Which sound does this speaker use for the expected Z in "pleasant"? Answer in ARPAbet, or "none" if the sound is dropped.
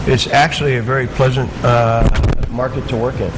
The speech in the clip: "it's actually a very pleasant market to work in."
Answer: Z